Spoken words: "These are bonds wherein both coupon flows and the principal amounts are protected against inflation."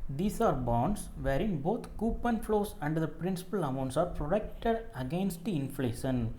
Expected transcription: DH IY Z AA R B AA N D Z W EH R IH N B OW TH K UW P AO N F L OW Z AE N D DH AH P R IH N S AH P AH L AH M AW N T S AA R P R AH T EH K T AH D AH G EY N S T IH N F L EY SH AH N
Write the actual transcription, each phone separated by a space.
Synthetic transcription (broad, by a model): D IY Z AA R B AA N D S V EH R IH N B OW T K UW P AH N F L OW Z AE N D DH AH P R IH N S AH P AH L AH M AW N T S AA R P R AH T EH K T AH D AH G EY N S T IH N F L EY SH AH N